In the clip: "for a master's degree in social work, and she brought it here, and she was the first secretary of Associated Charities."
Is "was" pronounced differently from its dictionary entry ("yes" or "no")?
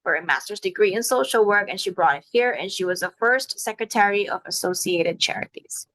no